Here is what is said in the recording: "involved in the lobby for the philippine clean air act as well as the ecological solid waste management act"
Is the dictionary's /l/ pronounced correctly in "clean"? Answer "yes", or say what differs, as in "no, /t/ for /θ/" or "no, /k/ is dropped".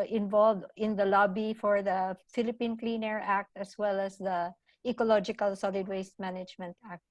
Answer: yes